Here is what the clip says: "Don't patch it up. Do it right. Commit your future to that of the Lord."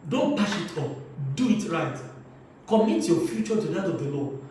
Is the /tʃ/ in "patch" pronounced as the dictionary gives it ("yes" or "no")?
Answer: no